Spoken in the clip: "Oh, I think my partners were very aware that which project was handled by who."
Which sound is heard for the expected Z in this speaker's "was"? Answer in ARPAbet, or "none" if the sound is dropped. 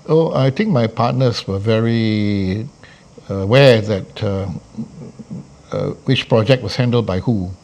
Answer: S